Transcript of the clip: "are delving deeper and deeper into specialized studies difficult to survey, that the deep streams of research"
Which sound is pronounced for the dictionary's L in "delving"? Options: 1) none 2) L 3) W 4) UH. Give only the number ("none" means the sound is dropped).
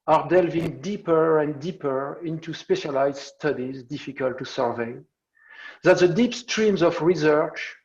2